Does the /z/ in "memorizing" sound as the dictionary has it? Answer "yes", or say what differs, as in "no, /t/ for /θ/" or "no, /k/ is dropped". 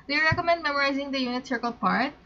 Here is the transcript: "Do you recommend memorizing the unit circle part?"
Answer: yes